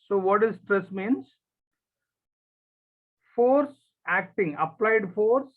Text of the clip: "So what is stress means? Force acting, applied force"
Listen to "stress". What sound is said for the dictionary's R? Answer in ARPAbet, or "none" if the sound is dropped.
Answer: R